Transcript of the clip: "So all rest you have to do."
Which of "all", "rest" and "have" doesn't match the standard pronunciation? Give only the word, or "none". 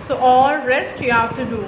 have